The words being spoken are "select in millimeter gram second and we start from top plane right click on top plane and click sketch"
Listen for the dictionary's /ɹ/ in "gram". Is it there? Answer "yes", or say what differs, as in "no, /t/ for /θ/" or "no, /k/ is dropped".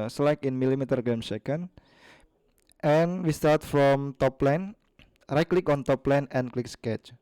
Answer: no, /ɹ/ is dropped